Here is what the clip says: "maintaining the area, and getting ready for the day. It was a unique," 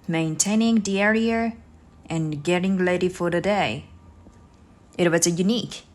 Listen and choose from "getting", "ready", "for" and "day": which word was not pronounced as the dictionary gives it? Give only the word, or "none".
ready